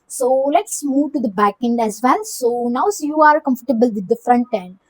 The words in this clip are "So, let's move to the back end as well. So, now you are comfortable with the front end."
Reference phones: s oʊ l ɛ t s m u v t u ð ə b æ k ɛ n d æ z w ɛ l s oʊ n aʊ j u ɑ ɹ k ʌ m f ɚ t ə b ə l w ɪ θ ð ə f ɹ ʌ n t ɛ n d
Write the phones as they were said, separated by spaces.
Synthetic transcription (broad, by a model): s oʊ l ɛ t s m u v t u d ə b æ k ɛ n d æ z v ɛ l s oʊ n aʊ j u ɑ ɹ k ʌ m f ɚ t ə b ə l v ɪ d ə f ɹ ʌ n t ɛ n d